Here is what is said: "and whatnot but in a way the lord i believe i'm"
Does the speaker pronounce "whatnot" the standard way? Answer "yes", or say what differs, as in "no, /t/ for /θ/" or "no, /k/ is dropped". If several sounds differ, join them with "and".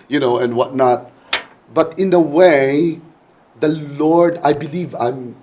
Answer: yes